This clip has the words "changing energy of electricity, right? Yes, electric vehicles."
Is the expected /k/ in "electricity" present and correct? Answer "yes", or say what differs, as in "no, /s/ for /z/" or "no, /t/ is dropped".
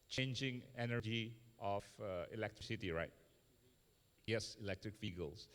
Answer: yes